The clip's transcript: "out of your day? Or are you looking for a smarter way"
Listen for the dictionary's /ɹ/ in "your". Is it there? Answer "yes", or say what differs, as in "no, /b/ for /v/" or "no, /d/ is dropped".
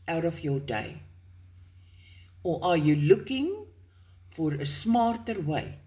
no, /w/ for /ɹ/